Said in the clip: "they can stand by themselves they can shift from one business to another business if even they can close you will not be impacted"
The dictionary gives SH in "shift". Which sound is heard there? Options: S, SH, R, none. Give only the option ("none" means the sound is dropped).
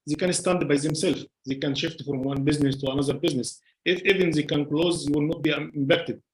SH